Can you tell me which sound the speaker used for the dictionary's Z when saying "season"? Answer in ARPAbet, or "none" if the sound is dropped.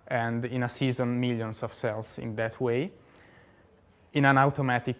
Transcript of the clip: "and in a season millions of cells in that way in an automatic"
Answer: Z